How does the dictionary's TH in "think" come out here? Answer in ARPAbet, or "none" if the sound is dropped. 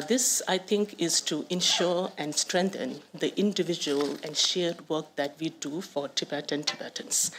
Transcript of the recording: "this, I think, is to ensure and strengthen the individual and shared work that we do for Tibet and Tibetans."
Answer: T